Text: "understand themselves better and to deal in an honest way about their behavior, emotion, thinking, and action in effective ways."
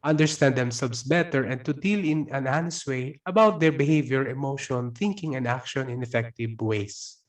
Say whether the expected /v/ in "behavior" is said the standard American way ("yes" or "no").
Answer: yes